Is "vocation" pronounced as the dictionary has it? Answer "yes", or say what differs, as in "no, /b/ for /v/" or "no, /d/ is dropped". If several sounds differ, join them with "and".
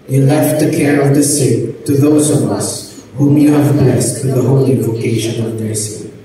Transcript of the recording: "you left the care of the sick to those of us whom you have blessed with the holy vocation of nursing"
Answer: yes